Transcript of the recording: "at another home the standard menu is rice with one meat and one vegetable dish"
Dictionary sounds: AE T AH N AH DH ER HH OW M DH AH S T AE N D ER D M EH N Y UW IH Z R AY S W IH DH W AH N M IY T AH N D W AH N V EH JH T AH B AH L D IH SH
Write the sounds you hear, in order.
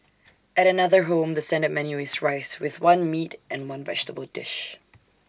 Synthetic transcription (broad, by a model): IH T AH N AH DH ER HH OW M DH AH S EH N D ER M EH N Y UW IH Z R AY S W IH DH W AH N M IY T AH N W AH N V EH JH T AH B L D IH SH